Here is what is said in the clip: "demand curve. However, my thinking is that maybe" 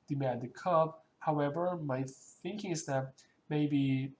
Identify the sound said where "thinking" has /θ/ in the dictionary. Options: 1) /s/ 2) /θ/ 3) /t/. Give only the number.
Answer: 2